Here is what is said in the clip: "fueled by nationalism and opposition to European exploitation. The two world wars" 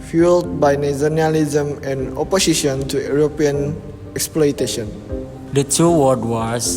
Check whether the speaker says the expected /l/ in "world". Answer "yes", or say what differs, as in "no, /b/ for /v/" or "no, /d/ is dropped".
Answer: no, /l/ is dropped